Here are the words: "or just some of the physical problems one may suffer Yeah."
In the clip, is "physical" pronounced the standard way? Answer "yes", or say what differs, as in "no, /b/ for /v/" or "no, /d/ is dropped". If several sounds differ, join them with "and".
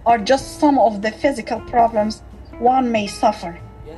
yes